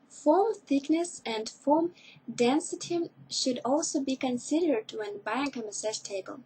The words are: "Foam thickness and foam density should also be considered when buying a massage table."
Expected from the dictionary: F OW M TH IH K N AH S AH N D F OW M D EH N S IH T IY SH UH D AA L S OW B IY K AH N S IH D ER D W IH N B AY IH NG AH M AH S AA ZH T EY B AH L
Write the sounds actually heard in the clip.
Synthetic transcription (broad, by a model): F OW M TH IH K N AH S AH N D F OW M D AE N S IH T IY SH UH D AA L S OW B IY K AH N S IH D ER D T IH N B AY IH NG AH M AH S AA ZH T EY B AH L